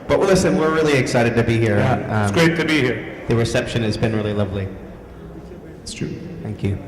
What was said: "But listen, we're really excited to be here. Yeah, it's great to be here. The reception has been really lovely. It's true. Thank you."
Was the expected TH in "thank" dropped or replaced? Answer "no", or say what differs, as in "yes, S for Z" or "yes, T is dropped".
no